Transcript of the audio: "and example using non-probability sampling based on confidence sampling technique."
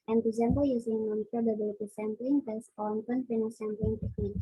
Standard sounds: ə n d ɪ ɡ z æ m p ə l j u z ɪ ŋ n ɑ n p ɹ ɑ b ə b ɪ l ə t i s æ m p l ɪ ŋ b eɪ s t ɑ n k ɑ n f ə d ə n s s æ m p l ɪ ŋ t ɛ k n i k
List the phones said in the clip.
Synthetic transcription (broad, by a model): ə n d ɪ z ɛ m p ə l j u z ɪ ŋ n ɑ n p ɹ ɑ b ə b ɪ l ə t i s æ m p l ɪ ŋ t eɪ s ɑ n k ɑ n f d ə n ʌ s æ m p l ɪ ŋ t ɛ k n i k